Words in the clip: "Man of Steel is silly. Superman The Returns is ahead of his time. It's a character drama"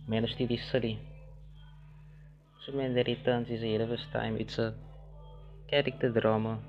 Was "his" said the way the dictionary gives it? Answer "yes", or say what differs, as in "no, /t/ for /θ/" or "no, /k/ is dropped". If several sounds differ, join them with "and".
no, /s/ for /z/